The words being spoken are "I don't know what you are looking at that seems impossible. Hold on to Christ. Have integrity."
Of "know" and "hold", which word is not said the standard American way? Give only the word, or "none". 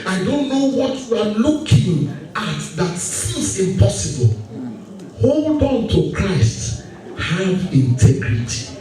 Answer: none